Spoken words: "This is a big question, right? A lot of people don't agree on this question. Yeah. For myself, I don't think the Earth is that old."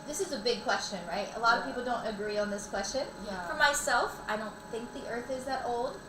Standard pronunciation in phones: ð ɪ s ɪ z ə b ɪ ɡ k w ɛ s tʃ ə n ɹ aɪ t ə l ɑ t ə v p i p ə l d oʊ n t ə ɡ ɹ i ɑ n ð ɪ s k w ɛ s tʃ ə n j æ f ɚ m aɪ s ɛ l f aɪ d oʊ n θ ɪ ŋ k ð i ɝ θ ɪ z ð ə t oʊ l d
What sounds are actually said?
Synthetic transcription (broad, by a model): ð ɪ s ɪ z ə b ɪ ɡ k w ɛ s tʃ ə n ɹ aɪ t ə l ɑ t ə v p i p l d oʊ n t ə ɡ ɹ i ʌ n ð ɪ s k w ɛ s tʃ ə n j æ f ɚ m aɪ s ɛ l f aɪ d oʊ n θ ɪ ŋ k ð i ɝ θ ɪ z ð ə t oʊ l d